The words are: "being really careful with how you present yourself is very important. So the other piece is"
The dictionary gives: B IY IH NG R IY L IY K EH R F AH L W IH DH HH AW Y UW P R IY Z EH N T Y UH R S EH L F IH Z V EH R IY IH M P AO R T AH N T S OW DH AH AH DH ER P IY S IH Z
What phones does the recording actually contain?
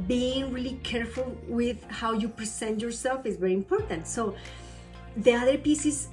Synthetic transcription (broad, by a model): B IY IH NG R IY L IY K EH R F AH L W IH DH HH AW Y UW P R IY S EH N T Y UH R S EH L F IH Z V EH R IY IH M P AO R T AH N T S OW DH AH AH DH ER P IY S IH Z